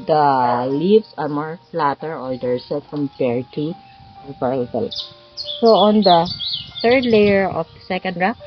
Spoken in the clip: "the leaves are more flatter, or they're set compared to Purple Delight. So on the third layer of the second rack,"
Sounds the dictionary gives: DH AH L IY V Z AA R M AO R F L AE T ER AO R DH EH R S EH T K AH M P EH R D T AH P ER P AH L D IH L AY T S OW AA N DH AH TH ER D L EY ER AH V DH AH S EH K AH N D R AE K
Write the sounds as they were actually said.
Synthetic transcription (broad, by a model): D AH L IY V S AA R M AO R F L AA T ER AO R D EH R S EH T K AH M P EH R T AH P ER AH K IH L S OW AA N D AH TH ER D L EY ER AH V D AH S EH K AH N D R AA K